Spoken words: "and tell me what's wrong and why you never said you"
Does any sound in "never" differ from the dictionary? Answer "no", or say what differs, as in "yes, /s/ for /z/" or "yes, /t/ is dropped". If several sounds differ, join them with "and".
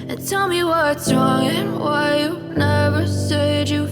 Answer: no